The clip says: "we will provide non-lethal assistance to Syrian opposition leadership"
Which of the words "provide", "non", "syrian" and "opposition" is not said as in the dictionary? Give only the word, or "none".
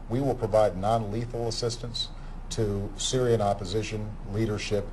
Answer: none